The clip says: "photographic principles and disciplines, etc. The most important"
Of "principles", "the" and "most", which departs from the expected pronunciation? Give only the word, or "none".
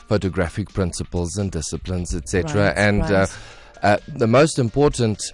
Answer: none